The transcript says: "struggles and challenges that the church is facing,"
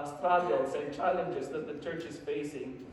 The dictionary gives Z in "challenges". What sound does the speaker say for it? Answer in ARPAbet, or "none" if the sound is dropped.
Z